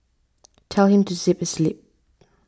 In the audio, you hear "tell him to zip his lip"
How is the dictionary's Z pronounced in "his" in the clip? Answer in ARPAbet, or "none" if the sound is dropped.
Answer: S